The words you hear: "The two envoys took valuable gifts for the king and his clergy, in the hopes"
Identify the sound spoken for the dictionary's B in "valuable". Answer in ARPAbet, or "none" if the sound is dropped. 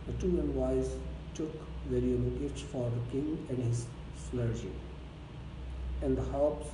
none